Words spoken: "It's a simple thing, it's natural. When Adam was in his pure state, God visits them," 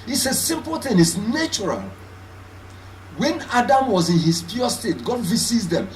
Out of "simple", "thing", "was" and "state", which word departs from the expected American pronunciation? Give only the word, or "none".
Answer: none